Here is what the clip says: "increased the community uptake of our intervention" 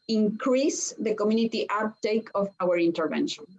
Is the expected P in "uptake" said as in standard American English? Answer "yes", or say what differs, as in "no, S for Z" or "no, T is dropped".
no, P is dropped